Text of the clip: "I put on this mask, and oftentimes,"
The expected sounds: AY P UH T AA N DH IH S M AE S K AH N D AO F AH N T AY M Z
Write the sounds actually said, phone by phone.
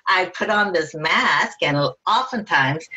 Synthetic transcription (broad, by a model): AY P UH T N DH IH S M AE S K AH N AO F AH N T AY M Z